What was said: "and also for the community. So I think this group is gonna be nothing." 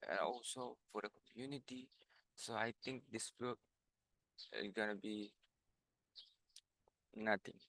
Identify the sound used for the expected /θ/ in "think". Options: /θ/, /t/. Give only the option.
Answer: /t/